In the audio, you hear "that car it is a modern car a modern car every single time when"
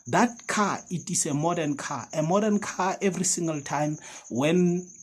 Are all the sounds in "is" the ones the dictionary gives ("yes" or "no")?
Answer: no